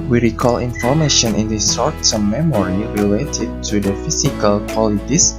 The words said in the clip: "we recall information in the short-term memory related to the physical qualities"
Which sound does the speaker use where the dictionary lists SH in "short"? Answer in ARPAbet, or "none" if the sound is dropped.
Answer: S